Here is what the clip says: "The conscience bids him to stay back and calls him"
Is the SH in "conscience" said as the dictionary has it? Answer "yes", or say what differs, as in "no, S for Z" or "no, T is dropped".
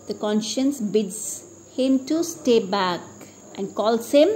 yes